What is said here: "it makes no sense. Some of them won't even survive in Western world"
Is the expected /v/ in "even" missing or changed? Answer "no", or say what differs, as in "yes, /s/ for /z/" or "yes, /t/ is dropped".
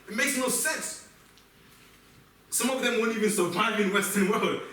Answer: no